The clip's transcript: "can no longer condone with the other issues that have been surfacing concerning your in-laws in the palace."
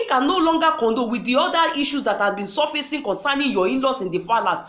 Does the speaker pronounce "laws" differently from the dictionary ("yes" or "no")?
yes